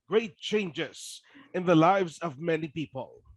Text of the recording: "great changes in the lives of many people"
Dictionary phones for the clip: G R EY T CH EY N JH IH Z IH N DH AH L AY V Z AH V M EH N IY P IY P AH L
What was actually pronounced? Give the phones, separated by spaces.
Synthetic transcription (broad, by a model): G R EY T CH EY N JH IH Z IH N DH AH L AY V Z AH V M EH N IY P IY P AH L